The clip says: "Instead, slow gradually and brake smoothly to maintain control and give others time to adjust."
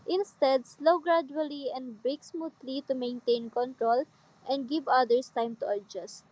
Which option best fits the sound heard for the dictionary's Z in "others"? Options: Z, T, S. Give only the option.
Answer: S